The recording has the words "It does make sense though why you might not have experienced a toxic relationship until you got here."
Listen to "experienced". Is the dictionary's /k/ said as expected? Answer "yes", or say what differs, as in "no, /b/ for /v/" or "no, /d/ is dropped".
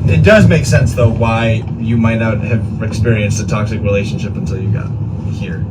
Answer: yes